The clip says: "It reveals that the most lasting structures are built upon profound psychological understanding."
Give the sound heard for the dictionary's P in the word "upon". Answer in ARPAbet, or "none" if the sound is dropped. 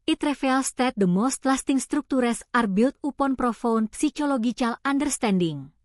P